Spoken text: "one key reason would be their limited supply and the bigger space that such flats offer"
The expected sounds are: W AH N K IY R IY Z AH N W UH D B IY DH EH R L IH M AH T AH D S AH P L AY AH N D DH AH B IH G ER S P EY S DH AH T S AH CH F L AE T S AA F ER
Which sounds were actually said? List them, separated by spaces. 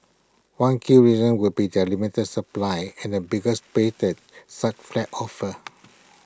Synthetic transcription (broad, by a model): W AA N K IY R IY Z AH N W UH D B IY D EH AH L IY M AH T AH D S AH P L AY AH N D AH B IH G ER S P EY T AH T S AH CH F L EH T AA F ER